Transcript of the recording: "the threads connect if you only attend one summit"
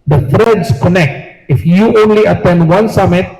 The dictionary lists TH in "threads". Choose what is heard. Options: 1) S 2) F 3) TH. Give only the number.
2